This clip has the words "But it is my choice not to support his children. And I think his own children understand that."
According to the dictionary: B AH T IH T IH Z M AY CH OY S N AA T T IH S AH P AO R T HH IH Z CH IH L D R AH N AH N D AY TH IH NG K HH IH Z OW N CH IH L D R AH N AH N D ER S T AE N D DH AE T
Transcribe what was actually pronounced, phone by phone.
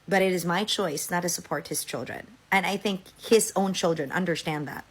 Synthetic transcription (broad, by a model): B AH T IH T IH Z M AY CH OY S N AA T T IH S AH P AO R T HH IH Z CH IH L D R AH N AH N AY TH IH NG K HH IH Z OW N CH IH L D R AH N AH N D ER S T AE N DH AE T